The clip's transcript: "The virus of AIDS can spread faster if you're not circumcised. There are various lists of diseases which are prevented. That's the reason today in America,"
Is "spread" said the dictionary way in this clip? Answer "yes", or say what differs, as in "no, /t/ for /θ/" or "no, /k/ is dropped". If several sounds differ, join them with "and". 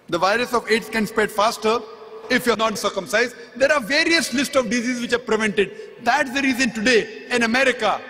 no, /ɹ/ is dropped